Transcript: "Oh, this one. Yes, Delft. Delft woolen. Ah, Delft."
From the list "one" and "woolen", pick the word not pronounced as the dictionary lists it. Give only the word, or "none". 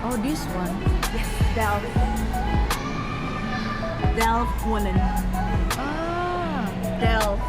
woolen